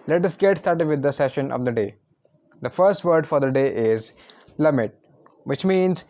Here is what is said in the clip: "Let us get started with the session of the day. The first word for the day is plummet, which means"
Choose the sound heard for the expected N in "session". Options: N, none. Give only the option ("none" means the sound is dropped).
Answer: N